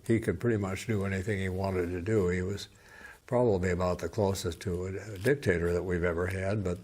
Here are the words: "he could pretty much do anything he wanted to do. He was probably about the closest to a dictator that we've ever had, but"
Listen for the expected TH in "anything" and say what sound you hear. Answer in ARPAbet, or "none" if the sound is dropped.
TH